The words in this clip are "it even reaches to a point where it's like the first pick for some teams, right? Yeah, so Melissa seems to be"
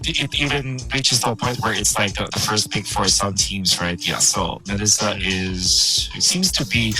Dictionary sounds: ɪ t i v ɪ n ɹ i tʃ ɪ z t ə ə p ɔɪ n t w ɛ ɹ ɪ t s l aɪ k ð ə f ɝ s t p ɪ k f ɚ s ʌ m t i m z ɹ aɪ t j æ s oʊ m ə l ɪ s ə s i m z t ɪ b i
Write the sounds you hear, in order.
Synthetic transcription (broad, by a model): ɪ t i v ɪ n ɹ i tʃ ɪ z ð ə ə p ɔɪ n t w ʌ ɹ ɪ t s l aɪ k ð ə f ɝ s t b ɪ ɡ f ɚ s ʌ m t i m z ɹ aɪ t j æ s oʊ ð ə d ɪ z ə s i m z t ɪ b i